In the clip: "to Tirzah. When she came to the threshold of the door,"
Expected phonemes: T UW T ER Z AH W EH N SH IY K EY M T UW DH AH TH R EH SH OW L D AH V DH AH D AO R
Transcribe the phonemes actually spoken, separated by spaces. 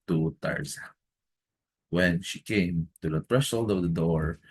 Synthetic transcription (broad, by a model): T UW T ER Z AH W EH N SH IY K EY M T UW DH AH F R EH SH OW L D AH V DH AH D AO R